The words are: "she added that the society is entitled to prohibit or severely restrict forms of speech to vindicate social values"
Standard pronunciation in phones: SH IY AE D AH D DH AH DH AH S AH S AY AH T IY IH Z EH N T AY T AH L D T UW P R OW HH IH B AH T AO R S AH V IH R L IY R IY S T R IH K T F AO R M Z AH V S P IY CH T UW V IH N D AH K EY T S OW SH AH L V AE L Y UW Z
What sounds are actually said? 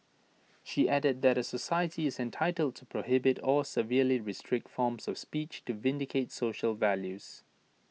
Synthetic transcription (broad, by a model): SH IY AE D AH D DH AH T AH S AH S AY AH T IY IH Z EH N T AY T AH L D T UW P R OW HH IH B AH T AO L S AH V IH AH L IY R IY S T R IH K T F AO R M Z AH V S P IY CH T UW V IH N D AH K EY T S OW SH AH L V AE L Y UW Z